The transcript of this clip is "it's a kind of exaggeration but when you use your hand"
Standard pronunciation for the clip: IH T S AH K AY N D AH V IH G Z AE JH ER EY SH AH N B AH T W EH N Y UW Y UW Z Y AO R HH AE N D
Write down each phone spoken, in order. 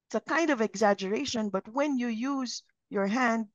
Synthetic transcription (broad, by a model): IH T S AH K AY N D AH V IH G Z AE JH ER EY SH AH N B AH T W EH N Y UW Y UW Z Y AO R HH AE N D